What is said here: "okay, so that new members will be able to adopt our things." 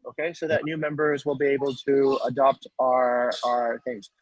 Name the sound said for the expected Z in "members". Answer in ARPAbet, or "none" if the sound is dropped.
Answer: Z